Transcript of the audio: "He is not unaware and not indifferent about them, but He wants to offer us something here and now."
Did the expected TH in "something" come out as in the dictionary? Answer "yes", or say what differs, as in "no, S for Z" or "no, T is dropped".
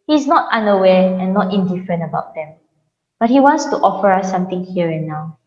no, T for TH